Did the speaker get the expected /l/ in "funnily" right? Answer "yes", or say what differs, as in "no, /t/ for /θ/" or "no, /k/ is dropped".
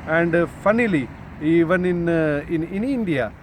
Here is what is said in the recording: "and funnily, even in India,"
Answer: yes